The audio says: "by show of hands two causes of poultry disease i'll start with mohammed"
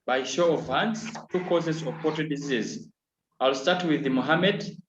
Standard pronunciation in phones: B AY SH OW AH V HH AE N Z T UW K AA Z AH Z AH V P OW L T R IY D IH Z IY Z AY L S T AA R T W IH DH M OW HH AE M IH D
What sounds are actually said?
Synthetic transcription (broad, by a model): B AY SH OW AH V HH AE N S T UW K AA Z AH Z AH V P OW T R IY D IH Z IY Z AY L S T AA R T W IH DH M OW HH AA M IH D